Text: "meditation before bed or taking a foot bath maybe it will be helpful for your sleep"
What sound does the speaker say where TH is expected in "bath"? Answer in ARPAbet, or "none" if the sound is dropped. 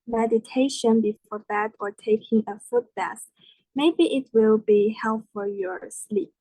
S